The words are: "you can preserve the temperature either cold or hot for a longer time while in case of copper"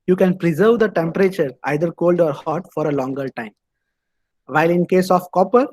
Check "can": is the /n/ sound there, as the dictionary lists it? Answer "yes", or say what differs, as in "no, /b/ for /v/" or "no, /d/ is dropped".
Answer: yes